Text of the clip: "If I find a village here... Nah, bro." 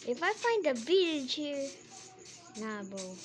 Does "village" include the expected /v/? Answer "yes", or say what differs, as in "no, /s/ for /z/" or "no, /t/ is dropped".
no, /b/ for /v/